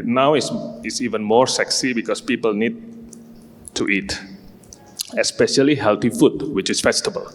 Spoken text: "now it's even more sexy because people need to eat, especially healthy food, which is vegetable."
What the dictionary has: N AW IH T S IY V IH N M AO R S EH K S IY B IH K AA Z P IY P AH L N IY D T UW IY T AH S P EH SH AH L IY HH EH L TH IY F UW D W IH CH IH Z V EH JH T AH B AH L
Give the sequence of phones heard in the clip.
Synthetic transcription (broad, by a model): N AW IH S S IY V IH N M AO R S EH K S IY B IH K AA S P IY P AH L N IY D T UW IY T AH S P EH SH AH L IY HH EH L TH IY F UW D W IH CH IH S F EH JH T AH B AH L